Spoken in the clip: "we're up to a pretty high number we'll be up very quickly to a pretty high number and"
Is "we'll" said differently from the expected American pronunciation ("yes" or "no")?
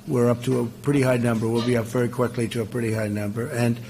no